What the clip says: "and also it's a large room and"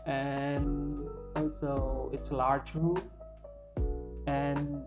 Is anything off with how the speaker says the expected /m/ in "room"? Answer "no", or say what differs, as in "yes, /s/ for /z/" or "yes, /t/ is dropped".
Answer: yes, /m/ is dropped